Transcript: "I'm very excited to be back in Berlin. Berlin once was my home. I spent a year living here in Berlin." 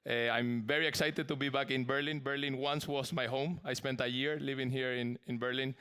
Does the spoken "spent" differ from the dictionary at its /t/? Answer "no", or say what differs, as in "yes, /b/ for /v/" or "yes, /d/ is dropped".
no